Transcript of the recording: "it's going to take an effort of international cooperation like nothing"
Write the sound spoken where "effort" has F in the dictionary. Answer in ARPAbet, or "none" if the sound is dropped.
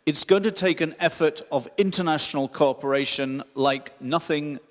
F